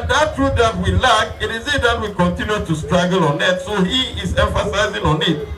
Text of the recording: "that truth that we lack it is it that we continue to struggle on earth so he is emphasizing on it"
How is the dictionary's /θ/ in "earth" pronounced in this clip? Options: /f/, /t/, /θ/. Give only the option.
/t/